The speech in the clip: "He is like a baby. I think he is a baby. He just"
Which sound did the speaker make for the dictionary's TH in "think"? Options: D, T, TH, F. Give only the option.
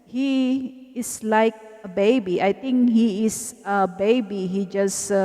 T